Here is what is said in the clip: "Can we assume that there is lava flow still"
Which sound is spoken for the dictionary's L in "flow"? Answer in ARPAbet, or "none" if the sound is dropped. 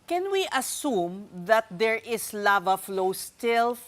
L